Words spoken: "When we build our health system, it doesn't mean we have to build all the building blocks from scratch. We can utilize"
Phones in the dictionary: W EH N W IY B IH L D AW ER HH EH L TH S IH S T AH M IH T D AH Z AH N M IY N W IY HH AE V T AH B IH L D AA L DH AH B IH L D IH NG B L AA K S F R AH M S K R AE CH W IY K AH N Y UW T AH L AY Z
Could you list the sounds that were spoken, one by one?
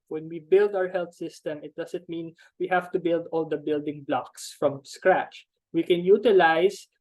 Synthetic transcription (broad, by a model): W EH N W IY B IH L D AW ER HH EH L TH S IH S T AH M IH T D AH S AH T M IY N W IY HH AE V T AH B IH L D AA L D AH B IH L D IH NG B L AA K S F R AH M S K R AE CH W IY K AH N Y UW T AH L AY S